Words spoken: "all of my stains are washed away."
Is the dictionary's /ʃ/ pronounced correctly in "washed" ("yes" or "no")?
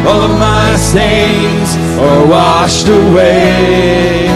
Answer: yes